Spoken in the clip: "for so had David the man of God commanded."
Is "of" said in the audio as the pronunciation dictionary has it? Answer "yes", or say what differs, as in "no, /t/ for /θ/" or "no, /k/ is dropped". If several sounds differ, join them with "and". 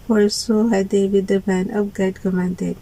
no, /p/ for /v/